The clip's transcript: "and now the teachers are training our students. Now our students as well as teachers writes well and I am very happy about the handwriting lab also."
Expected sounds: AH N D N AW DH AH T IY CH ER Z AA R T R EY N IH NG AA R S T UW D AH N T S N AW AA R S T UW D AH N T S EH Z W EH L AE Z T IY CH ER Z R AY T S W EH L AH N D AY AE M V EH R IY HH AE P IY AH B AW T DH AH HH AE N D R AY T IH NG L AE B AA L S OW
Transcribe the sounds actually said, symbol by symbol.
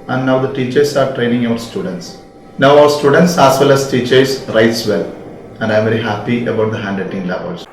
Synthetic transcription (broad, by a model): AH N D N AW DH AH T IY CH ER S AA R T R EY N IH NG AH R S T UW D AH N T S N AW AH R S T UW D AH N T S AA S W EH L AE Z T IY CH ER S R AY T S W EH L AH N D AY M V EH R IY HH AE P IY AH B AW T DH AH HH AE N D AY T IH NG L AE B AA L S